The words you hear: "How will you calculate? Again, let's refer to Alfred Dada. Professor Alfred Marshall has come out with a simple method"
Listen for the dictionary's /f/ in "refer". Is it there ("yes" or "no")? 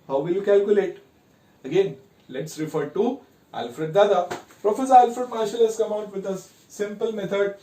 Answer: yes